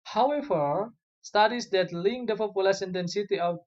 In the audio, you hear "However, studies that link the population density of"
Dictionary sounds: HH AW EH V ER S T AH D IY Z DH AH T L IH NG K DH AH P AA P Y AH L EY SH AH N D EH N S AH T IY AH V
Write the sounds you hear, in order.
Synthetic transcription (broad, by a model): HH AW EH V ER S T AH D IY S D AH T L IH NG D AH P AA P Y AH L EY S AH N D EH N S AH T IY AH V